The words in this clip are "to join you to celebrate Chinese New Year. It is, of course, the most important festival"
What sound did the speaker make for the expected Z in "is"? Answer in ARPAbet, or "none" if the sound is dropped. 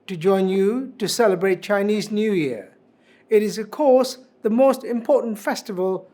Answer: Z